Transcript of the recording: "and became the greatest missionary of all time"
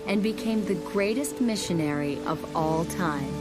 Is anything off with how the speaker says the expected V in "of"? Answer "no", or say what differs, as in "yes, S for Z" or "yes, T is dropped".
no